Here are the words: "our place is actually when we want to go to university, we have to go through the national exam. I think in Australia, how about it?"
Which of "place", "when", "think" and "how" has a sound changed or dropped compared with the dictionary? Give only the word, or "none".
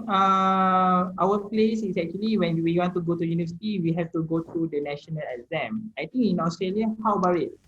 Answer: think